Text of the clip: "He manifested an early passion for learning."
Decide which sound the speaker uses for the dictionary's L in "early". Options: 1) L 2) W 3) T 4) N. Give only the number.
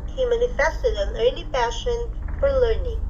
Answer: 4